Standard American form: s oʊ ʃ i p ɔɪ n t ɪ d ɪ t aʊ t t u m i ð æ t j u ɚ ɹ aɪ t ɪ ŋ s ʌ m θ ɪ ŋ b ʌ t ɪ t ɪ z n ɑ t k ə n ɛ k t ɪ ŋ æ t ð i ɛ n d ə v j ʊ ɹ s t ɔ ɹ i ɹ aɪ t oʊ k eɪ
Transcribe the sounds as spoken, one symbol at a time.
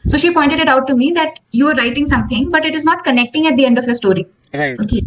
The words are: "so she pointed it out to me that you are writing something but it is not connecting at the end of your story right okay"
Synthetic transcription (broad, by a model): s oʊ ʃ i p ɔɪ n t ɪ d ɪ t aʊ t t u m i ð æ t j u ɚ ɹ aɪ t ɪ ŋ s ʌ m t ɪ ŋ b ʌ t ɪ t ɪ z n ɑ t k ə n ɛ k t ɪ ŋ æ t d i ɛ n d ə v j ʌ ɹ s t ɔ ɹ i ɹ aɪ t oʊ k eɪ